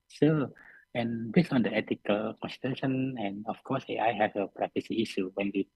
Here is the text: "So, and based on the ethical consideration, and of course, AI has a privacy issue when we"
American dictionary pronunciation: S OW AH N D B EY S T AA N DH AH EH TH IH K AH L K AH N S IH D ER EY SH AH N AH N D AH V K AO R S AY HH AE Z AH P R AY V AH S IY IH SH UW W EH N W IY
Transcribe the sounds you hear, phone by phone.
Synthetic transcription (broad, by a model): S OW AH N B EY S AA N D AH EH T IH K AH L K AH N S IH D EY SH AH N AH N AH F K AO S AY HH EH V AH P R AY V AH S IY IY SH UW W EH N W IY